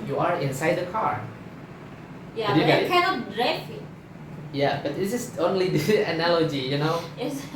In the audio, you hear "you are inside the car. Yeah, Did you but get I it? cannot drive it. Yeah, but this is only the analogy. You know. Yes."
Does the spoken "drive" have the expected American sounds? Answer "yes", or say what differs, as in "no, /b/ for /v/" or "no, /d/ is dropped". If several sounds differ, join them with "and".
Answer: no, /f/ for /v/